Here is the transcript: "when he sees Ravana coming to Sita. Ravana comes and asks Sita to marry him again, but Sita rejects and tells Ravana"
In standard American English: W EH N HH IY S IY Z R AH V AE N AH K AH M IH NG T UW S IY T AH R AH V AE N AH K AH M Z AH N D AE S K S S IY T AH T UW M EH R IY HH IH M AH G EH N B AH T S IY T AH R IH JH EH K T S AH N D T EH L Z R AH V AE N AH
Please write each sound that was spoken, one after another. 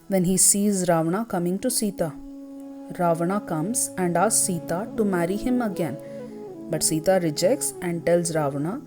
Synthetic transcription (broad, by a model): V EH N HH IY S IY Z R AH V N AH K AH M IH NG T UW S IY T AH R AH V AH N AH K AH M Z AH N D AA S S S IY T AH T UW M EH R IY HH IH M AH G EH N B AH T S IY T AH R IH JH EH K T S AH N D T EH L Z R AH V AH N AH